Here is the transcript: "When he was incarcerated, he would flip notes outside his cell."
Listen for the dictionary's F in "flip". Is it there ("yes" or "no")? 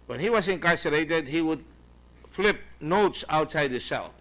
yes